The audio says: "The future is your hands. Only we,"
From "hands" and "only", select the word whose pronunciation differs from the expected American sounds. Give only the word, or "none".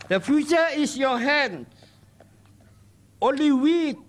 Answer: hands